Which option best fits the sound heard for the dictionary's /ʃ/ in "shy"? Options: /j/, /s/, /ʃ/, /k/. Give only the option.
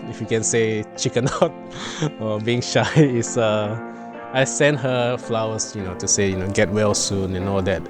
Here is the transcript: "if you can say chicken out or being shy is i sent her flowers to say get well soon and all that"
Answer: /ʃ/